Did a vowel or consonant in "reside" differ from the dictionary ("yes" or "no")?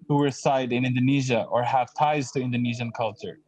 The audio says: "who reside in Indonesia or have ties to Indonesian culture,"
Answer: yes